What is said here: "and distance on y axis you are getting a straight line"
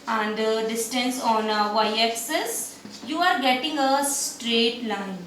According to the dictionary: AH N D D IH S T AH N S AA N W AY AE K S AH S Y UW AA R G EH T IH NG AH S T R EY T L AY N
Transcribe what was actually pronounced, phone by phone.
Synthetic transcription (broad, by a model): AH N D D IH S T AH N S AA N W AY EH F S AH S Y UW AA R G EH T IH NG AH S T R EY T L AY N